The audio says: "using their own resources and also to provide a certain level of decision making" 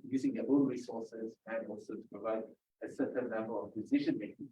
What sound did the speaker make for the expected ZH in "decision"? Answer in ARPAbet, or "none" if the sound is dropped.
SH